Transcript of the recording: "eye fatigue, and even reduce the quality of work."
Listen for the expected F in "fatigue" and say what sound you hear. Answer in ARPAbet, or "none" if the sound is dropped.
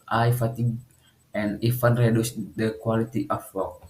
F